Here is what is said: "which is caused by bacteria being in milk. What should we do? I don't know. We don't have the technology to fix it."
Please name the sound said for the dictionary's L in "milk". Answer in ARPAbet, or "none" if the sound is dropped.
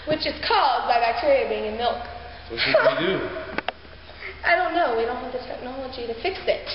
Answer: L